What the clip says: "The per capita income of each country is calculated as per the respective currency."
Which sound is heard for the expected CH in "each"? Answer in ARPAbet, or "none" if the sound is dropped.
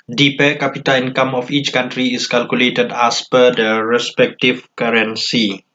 CH